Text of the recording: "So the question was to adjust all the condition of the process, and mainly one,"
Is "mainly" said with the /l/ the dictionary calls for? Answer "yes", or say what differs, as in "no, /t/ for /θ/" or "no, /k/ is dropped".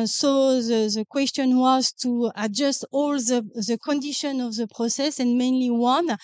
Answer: yes